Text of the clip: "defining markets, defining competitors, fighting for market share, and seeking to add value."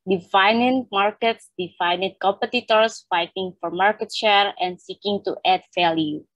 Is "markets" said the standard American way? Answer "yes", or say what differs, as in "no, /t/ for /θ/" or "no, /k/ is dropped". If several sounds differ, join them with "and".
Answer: yes